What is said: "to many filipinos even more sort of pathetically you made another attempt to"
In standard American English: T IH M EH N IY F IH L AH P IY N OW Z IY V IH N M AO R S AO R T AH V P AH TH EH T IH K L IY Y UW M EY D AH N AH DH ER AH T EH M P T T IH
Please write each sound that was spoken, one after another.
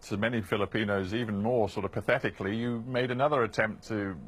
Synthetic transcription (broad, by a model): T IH M EH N IY F IH L AH P IY N OW Z IY V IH N M AO R S AO R T AH V P AH TH EH T IH K L IY Y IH M EY D AH N AH DH ER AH T EH M P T T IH